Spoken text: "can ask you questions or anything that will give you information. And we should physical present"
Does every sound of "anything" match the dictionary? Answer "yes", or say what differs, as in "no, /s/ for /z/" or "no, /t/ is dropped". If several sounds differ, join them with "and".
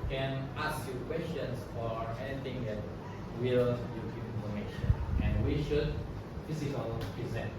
no, /t/ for /θ/